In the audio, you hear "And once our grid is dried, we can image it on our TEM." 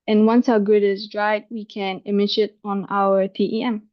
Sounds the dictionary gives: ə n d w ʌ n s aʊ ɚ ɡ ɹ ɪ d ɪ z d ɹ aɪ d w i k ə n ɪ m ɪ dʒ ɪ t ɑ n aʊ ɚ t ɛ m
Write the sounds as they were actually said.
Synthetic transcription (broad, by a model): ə n w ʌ n s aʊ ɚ ɡ ʊ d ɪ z d ɹ aɪ d w i k ə n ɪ m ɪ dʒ ɪ t ɑ n aʊ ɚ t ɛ m